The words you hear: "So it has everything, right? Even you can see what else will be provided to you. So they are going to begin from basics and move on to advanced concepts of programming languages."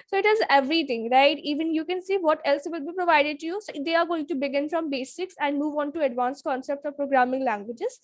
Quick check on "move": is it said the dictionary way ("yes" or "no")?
yes